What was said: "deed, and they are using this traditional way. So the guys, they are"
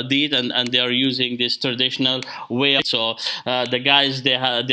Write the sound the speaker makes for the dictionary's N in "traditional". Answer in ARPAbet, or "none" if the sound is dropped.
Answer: N